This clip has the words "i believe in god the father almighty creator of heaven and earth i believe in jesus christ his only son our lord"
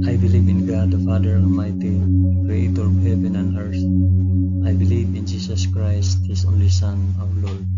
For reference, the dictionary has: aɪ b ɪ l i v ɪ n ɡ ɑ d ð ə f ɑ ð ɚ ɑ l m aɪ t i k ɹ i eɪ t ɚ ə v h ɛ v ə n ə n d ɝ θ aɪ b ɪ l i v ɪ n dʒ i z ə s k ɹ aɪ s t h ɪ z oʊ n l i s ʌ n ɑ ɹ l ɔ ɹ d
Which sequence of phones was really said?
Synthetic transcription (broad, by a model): aɪ b ɪ l i v ɪ n ɡ ɑ d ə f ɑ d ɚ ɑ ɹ m aɪ t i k ɹ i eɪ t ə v h ɛ v ə n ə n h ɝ s aɪ b ɪ l i v ɪ n dʒ i s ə s k ɹ aɪ s t h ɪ s oʊ n l i s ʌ n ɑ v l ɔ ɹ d